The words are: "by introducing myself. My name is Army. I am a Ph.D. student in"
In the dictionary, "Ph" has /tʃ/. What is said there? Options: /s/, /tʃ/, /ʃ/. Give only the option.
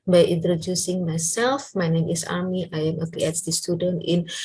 /s/